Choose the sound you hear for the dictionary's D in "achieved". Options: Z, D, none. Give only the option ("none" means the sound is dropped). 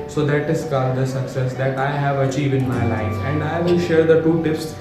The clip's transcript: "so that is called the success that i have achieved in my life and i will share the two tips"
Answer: none